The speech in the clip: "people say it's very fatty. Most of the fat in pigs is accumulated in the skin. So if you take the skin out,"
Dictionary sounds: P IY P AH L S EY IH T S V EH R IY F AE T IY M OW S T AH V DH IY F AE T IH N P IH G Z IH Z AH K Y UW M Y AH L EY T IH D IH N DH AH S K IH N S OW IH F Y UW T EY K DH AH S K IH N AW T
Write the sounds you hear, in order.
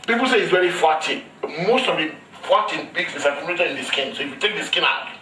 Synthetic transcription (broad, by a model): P IY P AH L S EY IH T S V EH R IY F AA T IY M OW S T AH V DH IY F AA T IH N B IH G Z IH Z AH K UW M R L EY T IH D IH N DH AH S K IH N S OW IH F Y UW T EY K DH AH S K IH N AW T